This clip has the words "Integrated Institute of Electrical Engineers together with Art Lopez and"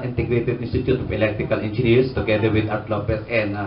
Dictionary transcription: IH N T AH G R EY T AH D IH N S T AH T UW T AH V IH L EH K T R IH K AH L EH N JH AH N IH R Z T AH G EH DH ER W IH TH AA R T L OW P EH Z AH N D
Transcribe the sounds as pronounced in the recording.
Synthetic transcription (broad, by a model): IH N T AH G R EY T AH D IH N S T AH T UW T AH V IH L EH K T R IH K AH L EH N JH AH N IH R S T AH G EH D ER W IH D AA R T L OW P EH S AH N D